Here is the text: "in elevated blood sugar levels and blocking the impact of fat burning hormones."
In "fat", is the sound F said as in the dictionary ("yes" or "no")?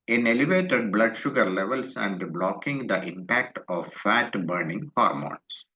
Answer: yes